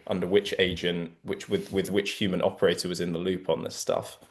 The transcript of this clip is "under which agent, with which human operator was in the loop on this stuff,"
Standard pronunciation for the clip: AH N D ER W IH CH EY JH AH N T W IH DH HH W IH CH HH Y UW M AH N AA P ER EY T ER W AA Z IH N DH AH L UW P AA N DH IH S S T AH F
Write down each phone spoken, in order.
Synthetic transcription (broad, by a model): AH N D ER W IH CH EY JH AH N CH W IH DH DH W IH CH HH Y UW M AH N AA P ER EY T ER W AA Z IH N DH AH L UW P N DH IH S S T AH F